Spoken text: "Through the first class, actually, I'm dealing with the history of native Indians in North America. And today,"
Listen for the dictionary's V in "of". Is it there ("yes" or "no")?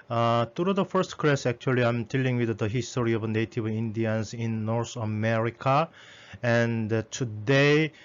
no